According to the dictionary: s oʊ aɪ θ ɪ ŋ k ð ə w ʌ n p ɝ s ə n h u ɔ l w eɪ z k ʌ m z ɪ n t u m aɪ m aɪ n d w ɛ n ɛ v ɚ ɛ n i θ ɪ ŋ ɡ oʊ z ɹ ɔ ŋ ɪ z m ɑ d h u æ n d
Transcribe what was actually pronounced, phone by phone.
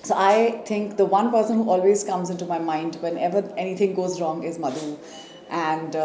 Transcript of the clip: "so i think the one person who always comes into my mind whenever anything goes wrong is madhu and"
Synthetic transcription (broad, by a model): s oʊ aɪ t ɪ ŋ k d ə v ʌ n p ɝ s ə n h u ɔ l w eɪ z k ʌ m z ɪ n t u m aɪ m aɪ n d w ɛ n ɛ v ɚ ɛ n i t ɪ ŋ ɡ oʊ z ɹ ɔ ŋ ɪ z m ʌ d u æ n d